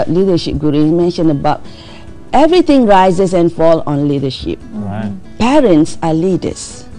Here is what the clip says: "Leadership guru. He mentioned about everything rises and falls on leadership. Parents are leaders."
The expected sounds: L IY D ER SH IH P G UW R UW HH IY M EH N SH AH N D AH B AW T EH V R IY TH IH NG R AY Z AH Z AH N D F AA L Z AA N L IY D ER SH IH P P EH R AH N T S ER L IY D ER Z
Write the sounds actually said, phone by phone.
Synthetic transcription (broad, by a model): L IY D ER SH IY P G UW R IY M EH N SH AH N AH B AW T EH V R IY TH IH NG R AY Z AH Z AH N F AA L AA N L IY D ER SH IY P P EH R AH N T S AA L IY D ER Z